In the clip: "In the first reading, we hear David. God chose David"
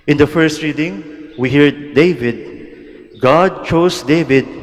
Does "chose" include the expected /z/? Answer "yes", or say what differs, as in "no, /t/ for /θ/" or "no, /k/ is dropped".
no, /s/ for /z/